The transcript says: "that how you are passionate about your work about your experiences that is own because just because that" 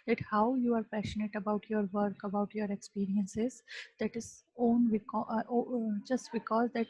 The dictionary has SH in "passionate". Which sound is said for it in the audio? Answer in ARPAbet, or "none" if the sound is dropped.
SH